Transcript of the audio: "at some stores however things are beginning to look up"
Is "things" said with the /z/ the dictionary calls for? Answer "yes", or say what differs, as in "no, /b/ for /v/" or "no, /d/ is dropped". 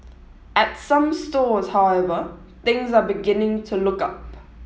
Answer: yes